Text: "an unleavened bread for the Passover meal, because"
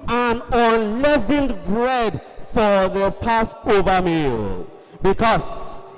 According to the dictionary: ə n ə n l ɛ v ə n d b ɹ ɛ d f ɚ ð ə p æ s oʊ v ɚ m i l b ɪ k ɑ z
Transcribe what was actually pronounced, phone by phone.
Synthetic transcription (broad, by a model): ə n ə n l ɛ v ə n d b ɹ ɛ d f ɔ ð ə p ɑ s oʊ v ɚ m i l b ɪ k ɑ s